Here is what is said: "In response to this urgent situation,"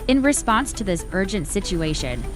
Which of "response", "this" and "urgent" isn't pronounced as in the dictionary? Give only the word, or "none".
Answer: none